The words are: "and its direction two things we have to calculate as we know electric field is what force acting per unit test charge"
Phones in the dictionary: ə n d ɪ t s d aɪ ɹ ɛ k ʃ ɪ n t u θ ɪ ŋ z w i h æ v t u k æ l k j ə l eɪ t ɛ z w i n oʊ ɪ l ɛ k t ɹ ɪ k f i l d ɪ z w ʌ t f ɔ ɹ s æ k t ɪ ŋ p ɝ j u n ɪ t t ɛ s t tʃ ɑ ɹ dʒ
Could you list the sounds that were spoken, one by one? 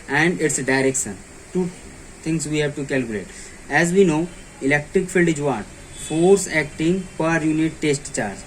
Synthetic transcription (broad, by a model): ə n d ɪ t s d aɪ ɹ ɛ k ʃ ɪ n t u t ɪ ŋ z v i h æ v t u k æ l k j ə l eɪ t ɛ z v i n oʊ ɪ l ɛ k t ɹ ɪ k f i l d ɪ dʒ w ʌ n f ɔ ɹ s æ k t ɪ ŋ p ɝ j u n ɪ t t ɛ s t tʃ ɑ ɹ dʒ